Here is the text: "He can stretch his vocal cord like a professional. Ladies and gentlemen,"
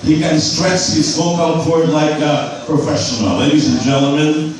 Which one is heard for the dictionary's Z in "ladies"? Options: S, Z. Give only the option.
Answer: Z